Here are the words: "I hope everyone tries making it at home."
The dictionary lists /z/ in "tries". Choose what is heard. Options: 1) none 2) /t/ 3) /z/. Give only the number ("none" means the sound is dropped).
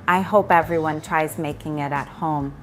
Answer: 3